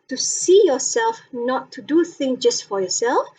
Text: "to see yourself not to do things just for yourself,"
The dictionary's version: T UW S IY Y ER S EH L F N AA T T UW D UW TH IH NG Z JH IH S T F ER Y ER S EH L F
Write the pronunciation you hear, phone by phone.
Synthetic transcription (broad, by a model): T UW S IY Y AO S EH L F N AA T T UW D UW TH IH NG JH IH S T F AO Y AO S EH L F